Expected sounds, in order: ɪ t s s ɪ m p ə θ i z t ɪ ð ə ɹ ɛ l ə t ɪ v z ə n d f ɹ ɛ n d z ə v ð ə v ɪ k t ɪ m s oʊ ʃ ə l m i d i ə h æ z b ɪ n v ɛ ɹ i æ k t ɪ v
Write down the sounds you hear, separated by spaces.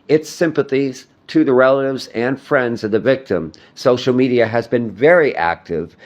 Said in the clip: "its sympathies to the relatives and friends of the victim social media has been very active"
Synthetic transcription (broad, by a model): ɪ t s s ɪ m p ə θ i z t ɪ ð ə ɹ ɛ l ə t ɪ v z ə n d f ɹ ɛ n d z ə v ð ə v ɪ k t ɪ m s oʊ ʃ l m i d i ə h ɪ z b ɪ n v ɛ ɹ i æ k t ɪ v